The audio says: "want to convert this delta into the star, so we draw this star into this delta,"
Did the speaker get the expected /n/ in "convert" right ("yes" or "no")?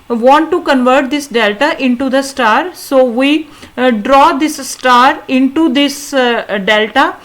yes